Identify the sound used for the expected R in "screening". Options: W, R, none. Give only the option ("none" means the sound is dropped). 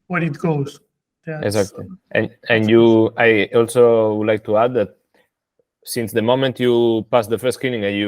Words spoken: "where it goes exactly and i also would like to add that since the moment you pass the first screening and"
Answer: none